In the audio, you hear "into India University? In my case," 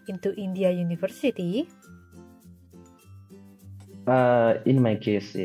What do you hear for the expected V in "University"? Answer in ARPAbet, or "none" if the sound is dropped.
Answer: F